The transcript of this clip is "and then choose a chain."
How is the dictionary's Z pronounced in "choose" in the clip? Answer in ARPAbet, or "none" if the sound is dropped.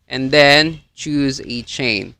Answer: Z